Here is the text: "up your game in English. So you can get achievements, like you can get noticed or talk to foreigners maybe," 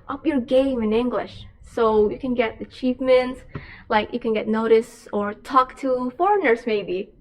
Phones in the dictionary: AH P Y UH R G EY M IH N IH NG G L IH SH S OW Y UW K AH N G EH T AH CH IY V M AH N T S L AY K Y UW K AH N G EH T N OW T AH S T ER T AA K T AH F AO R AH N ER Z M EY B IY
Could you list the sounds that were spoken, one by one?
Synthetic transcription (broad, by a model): AH P Y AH R G EY M IH N IH NG G L IH SH S OW Y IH K AH N G EH T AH CH IY F M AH N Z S L AY K Y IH K AH N G EH T N OW T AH S ER T AA K T AH F AO R AH N ER Z M EY B IY